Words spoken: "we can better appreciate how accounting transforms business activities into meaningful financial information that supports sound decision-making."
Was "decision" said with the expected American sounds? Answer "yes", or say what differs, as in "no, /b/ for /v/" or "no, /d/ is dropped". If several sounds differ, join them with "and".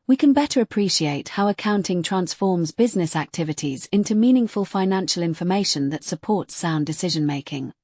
yes